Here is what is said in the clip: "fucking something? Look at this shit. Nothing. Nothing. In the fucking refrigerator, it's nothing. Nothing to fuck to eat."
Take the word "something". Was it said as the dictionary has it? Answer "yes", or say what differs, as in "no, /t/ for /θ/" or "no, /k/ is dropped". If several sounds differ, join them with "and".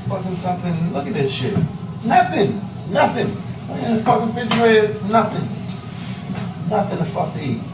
yes